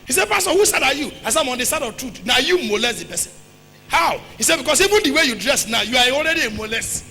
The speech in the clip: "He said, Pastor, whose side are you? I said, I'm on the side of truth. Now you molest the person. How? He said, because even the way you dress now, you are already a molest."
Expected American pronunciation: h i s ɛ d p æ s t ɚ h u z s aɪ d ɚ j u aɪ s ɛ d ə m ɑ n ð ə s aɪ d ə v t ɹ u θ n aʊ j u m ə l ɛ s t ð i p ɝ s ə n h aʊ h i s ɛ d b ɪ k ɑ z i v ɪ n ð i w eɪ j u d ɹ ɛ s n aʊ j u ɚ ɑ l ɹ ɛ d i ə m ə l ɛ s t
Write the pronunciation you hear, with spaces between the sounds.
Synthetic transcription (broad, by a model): h i s ɛ d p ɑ s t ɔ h u s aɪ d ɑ j u aɪ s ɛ ə m ɑ n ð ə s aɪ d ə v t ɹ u t n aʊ j u m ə l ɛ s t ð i p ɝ s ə n h aʊ h i s ɛ d b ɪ k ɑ s i v ɪ n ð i w eɪ j u d ɹ ɛ s n aʊ j u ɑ ɑ l ɹ ɛ d i ə m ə l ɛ s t